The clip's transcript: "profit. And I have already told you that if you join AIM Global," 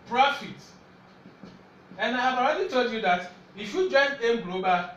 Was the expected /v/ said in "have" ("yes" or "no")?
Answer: no